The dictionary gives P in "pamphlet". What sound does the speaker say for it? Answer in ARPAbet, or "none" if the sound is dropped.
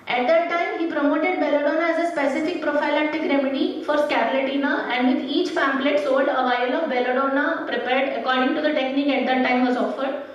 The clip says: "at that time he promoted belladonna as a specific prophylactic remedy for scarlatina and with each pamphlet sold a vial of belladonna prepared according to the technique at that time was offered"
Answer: F